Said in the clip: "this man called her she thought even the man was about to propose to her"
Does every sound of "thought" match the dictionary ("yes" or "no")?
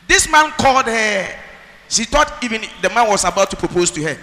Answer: no